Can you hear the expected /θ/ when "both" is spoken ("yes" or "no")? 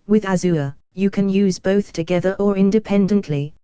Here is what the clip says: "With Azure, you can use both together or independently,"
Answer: yes